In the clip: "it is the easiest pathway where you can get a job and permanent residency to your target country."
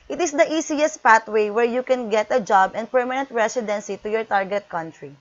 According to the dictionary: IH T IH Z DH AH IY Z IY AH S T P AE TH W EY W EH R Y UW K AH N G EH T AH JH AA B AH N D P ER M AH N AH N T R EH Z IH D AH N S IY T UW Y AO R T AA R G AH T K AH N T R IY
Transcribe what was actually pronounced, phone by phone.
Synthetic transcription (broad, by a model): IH T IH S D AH IY S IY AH S T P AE T W EY W EH R Y UW K AH N G EH T AH JH AA B AH N D P ER M AH N AH N T R EH S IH D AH N S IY T UW Y AO R T AA R G AH T K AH N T R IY